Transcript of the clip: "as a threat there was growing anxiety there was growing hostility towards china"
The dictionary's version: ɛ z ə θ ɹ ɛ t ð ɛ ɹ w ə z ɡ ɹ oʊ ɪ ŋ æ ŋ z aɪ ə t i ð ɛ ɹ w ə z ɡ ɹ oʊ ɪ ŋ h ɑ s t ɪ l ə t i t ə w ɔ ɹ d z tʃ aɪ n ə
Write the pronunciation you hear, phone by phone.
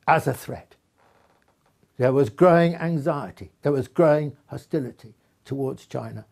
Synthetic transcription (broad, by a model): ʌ z ə θ ɹ ɛ t ð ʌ ɹ w ə z ɡ ɹ oʊ ɪ ŋ æ ŋ z aɪ ə t i ð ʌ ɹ w ə z ɡ ɹ oʊ ɪ ŋ h ɑ s t ɪ l ə t i t ə w ɔ ɹ d z tʃ aɪ n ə